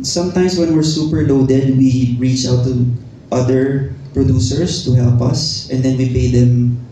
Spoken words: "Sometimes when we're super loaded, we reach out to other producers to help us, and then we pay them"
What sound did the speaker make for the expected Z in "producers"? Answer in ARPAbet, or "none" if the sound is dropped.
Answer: S